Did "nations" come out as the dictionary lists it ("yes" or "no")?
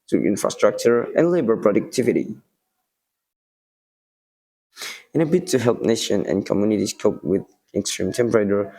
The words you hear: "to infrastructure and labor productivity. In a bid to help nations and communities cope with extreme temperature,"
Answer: no